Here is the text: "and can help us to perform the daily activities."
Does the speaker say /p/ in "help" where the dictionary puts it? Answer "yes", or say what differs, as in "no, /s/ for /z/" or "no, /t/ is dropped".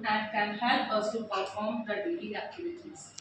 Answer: no, /p/ is dropped